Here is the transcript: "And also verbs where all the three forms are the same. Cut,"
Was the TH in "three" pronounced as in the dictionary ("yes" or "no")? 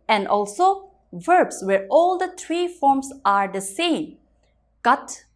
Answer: no